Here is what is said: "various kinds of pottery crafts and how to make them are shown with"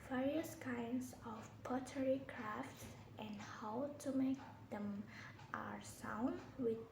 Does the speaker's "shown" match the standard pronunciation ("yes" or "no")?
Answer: no